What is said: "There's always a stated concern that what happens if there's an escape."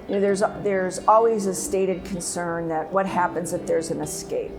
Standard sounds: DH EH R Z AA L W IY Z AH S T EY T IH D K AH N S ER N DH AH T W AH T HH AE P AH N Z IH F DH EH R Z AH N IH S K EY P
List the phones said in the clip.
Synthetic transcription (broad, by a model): DH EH R Z AA L W IY Z AH S T EY T IH D K AH N S ER N DH AH T W AH T HH AE P AH N Z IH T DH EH R Z AH N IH S K EY P